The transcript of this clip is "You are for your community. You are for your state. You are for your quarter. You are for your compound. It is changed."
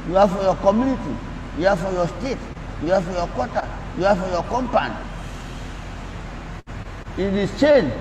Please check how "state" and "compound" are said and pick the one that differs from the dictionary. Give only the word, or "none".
compound